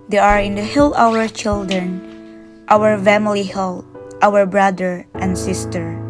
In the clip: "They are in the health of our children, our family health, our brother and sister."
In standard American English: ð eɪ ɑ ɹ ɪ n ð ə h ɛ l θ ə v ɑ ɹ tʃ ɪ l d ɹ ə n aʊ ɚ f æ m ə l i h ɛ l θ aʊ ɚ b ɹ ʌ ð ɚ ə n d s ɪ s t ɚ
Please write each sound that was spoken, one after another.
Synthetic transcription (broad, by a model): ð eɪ ɑ ɹ ɪ n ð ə h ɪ l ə w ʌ ɹ tʃ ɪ l d ɹ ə n aʊ ɚ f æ m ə l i h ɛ l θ aʊ ɚ b ɹ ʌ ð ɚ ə n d s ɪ s t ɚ